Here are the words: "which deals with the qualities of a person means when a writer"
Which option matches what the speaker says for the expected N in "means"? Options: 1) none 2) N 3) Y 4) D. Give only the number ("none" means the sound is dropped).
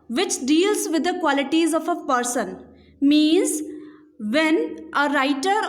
2